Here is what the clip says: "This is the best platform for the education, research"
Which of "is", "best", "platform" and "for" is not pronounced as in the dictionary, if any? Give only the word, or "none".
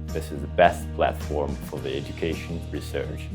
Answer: none